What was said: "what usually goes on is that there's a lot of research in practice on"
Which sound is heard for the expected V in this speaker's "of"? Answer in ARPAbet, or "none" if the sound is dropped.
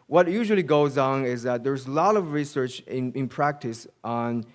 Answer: V